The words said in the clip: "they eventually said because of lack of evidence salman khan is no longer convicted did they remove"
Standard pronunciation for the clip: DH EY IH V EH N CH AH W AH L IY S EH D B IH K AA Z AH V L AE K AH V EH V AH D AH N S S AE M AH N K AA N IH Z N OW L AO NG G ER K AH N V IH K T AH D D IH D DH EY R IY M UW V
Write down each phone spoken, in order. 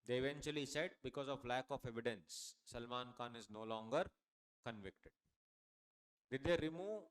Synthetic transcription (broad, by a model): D EY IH V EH N CH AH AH L IY S EH D B IH K AA Z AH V L AE K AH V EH V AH D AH N S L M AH N K AA N IH Z N OW L AO NG G ER K AH N V IH K T AH D D IH D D EY R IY M UW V